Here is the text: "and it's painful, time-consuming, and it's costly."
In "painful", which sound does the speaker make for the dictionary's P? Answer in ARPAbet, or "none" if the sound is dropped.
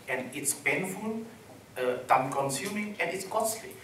B